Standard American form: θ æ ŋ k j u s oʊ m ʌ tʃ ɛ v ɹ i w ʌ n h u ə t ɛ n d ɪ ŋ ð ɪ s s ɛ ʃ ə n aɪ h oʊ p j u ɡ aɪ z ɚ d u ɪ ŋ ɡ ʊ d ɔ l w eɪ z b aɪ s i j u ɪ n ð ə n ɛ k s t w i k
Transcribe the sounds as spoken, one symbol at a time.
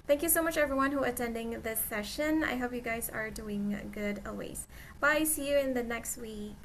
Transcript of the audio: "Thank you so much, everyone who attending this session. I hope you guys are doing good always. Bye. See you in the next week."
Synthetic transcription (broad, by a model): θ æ ŋ k j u s oʊ m ʌ tʃ ɛ v ɹ i w ʌ n h u ə t ɛ n d ɪ ŋ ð ɪ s s ɛ ʃ ə n aɪ h oʊ p j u ɡ aɪ z ɚ d u ɪ ŋ ɡ ʊ d ɔ l w eɪ z b aɪ s i j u ɪ n ð ə n ɛ k s t w i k